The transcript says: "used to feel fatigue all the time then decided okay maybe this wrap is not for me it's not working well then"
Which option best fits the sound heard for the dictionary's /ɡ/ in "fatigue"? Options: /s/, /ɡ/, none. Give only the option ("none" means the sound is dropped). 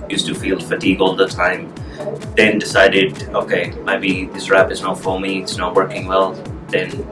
/ɡ/